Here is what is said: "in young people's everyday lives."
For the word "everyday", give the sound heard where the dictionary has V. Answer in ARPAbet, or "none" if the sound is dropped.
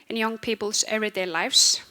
none